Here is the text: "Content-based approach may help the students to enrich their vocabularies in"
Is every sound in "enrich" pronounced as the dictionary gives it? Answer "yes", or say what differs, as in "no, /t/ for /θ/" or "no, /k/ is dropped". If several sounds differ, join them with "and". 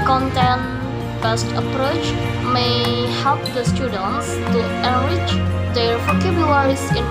no, /w/ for /ɹ/